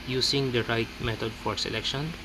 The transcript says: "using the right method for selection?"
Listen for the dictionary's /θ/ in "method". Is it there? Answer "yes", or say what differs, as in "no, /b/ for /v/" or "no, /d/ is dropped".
no, /t/ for /θ/